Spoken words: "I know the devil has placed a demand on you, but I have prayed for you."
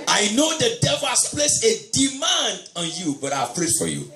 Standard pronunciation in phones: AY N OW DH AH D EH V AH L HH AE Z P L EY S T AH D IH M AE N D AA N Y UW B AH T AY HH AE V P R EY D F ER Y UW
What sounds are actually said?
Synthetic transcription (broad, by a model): AY N OW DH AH D EH V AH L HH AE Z P L EY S AH D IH M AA N D AA N Y UW B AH T AY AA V P R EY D F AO Y UW